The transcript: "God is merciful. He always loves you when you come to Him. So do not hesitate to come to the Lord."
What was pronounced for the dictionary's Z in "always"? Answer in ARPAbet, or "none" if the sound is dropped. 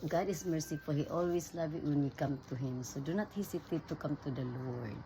S